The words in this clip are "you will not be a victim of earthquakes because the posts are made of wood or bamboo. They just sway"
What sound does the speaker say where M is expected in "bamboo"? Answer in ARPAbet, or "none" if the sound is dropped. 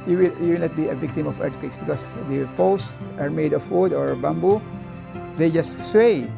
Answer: M